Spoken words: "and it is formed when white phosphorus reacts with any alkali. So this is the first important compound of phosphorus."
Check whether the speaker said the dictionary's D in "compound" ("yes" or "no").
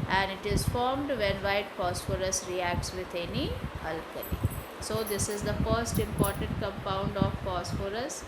yes